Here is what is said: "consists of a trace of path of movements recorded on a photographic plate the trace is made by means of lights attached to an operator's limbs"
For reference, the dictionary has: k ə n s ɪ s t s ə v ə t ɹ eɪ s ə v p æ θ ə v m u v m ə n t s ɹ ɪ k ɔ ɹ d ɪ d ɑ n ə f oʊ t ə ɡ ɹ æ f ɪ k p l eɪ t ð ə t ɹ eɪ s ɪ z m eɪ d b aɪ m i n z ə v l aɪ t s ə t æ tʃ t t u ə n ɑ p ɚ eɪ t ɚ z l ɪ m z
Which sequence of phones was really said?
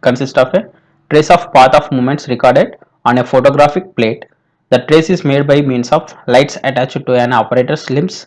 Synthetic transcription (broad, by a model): k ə n s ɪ s t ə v ə t ɹ eɪ s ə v p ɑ t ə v m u m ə n t s ɹ ɪ k ɔ ɹ d ɪ d ɑ n ə f oʊ t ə ɡ ɹ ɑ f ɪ k p l eɪ t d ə t ɹ eɪ s ɪ z m eɪ d b aɪ m i n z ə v l aɪ t s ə t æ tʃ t t u ə n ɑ p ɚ eɪ t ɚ s l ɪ m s